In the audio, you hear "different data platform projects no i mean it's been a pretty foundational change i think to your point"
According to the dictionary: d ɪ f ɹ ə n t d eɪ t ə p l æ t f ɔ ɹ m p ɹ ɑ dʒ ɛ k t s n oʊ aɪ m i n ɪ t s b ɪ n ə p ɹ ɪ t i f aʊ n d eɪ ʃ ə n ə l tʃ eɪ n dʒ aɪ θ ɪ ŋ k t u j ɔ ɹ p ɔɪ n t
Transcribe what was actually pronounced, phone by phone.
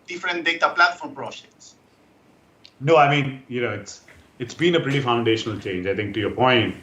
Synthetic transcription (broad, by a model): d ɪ f ɹ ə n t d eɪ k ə p l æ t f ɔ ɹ m p ɹ ɑ dʒ ɛ k t s n oʊ aɪ m i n ɪ t s b ɪ n ə p ɹ ɪ t i f aʊ n d eɪ ʃ ə n ə l tʃ eɪ n dʒ aɪ t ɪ ŋ k t u j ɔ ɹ p ɔɪ n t